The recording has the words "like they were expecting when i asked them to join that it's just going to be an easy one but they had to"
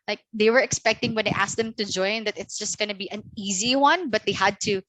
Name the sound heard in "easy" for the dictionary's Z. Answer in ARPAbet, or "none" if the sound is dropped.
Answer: Z